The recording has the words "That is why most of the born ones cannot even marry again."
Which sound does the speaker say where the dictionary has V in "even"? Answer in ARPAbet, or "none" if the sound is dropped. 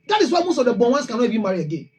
B